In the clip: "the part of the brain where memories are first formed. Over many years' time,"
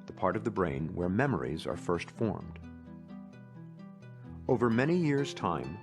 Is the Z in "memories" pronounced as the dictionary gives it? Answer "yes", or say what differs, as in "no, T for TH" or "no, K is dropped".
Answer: yes